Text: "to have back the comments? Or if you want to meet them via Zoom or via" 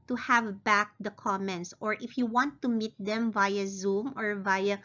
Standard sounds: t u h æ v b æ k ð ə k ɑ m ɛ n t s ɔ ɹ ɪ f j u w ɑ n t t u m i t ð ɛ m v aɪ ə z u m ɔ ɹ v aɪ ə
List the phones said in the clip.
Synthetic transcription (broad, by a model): t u h æ v b æ k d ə k ɑ m ɛ n t s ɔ ɹ ɪ f j u w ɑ n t t u m i t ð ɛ m v aɪ ə z u m ɔ ɹ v aɪ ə